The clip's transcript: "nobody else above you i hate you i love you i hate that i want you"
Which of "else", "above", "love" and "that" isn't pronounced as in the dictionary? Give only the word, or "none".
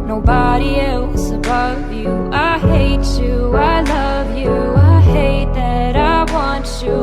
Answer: none